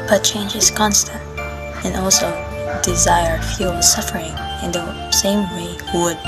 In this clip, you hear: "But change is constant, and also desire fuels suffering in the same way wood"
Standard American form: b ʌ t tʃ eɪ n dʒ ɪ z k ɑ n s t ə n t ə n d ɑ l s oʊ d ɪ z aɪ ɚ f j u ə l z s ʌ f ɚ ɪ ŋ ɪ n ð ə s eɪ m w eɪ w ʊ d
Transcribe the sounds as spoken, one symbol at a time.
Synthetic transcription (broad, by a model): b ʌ t tʃ eɪ n dʒ ɪ z k ɑ n s t ə n t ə n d ɑ l s oʊ d ɪ z aɪ ɚ f j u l s ʌ f ɚ ɪ ŋ ɪ n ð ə s eɪ m w eɪ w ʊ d